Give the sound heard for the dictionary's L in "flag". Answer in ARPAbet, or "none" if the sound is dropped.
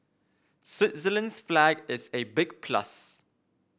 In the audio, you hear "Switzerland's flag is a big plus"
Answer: L